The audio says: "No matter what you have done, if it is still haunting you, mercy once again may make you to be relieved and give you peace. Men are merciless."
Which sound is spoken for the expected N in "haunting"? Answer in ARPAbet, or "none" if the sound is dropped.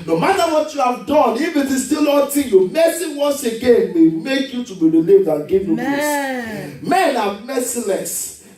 none